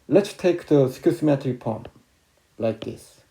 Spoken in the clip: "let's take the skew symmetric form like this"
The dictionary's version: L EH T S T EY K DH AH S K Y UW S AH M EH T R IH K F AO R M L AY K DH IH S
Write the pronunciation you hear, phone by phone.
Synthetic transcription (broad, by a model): L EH T S T EY K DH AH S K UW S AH M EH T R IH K P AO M L AY K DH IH S